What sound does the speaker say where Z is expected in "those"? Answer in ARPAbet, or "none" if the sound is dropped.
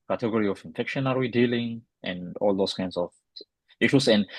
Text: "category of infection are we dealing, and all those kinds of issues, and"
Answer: S